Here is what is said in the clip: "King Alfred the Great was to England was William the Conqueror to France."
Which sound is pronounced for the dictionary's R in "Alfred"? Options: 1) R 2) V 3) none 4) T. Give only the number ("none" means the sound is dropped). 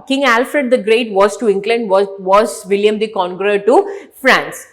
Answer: 1